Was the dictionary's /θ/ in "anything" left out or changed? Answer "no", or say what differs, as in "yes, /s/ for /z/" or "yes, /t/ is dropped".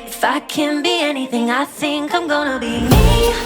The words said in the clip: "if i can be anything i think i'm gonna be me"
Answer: no